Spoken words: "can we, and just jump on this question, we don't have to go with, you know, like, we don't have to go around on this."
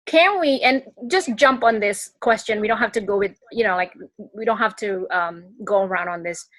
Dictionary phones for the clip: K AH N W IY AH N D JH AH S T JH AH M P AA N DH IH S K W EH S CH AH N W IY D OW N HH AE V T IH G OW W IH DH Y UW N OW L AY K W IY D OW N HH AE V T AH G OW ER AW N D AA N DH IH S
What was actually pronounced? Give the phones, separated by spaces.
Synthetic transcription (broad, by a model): K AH N W IY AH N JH AH S JH AH M P N DH IH S K W EH S CH AH N W IY D OW N HH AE F T IH G OW W IH DH Y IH N OW L AY K W IY D OW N HH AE F T AH G OW ER AW N D N DH IH S